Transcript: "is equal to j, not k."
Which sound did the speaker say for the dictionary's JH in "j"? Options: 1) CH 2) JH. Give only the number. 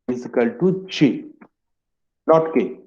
1